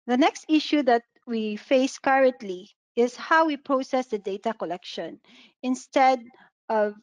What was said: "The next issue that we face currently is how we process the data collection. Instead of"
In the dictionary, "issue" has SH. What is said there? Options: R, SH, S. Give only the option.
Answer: SH